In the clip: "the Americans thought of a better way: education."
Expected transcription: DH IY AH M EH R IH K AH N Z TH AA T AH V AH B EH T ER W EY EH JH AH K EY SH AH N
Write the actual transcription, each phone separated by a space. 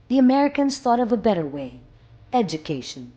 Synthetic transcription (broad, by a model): DH IY AH M EH R IH K AH N Z TH AA T AH V AH B EH T ER W EY EH JH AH K EY SH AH N